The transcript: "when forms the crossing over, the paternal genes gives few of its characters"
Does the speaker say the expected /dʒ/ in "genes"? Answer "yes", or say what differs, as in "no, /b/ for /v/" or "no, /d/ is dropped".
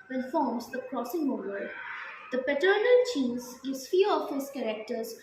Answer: no, /tʃ/ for /dʒ/